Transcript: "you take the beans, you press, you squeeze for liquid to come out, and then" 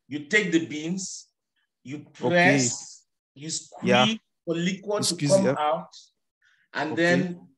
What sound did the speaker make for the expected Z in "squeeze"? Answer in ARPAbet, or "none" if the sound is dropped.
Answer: none